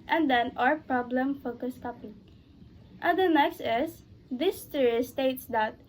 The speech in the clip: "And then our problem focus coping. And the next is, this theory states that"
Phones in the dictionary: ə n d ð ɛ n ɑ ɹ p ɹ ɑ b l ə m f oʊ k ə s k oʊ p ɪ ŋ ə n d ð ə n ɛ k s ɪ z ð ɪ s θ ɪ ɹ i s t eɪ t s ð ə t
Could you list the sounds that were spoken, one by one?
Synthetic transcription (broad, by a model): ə n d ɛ n ɑ ɹ p ɹ ɑ b l ə m f oʊ k ə s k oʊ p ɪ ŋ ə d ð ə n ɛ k s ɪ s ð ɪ s t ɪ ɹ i s t eɪ t s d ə t